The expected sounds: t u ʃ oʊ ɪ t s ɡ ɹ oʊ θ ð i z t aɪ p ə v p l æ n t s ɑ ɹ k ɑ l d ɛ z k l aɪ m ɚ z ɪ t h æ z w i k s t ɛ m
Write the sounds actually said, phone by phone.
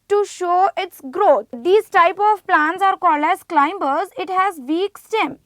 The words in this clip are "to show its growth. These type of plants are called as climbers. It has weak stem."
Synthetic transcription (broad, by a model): t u ʃ oʊ ɪ t s ɡ ɹ oʊ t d i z t aɪ p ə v p l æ n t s ɑ ɹ k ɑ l ɛ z k l aɪ m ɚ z ɪ t h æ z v i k s t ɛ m